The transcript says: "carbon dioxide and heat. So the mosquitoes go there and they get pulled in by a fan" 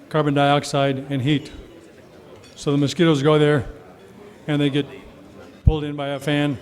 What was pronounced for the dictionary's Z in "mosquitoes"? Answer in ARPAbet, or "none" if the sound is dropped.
Z